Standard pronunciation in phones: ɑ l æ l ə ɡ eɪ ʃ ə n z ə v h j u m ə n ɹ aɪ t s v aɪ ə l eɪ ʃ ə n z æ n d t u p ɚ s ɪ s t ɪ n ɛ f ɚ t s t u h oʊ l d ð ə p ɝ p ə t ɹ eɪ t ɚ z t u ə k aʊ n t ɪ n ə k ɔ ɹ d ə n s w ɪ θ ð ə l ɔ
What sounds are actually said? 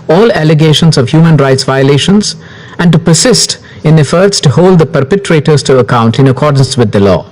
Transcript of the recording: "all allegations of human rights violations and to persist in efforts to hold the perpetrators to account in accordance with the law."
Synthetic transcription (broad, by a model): ɑ l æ l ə ɡ eɪ ʃ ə n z ə v h j u m ə n ɹ aɪ t s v aɪ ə l eɪ ʃ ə n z æ n d t u p ɚ s ɪ s t ɪ n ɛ f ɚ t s t u h oʊ l d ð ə p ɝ p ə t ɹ eɪ t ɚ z t u ə k aʊ n t ɪ n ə k ɔ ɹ d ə n s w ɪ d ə l ɔ